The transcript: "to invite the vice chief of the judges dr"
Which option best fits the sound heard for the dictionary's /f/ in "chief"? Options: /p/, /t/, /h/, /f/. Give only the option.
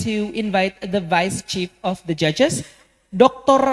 /f/